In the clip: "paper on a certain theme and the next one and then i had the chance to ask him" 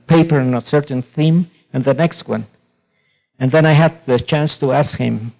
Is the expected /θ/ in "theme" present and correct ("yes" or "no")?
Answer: yes